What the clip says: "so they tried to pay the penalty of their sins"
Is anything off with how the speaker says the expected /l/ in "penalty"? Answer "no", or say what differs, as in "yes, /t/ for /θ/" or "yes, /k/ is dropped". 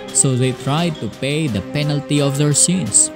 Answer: no